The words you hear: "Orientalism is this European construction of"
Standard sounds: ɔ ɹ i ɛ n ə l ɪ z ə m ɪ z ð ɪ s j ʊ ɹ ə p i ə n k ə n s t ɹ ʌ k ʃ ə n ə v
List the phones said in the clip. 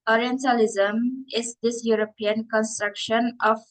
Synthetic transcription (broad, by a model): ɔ ɹ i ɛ n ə l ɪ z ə m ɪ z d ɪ s j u ɹ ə p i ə n k ə n s t ɹ ʌ k ʃ ə n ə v